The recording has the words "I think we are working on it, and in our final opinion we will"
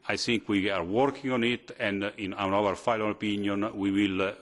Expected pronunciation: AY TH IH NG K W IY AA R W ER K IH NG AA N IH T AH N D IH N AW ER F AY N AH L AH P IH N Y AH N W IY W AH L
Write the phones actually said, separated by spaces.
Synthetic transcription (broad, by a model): AY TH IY NG K W IY AA R W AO K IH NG AA N IH T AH N D IH N AW ER F AY L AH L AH P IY N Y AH N W IY W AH L